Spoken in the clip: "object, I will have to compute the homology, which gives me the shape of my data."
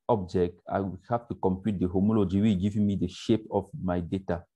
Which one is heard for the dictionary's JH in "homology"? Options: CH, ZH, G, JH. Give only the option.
JH